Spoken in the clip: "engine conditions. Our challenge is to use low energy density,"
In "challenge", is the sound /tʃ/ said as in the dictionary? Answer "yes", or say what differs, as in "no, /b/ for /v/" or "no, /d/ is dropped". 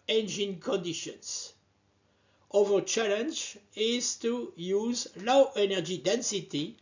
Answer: yes